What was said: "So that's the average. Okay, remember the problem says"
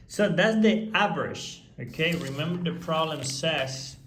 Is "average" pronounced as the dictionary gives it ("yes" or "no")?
no